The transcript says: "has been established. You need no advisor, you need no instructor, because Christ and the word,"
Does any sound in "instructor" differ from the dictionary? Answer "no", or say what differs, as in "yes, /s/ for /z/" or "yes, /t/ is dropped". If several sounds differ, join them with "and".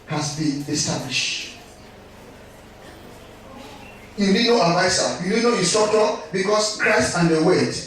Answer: yes, /n/ is dropped